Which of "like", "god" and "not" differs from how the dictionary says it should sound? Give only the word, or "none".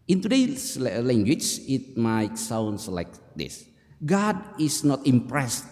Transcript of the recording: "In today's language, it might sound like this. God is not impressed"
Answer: none